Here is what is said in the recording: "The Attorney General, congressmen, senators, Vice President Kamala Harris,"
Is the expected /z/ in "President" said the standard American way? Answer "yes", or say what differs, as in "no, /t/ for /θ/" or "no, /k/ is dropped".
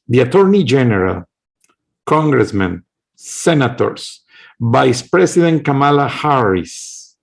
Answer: no, /s/ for /z/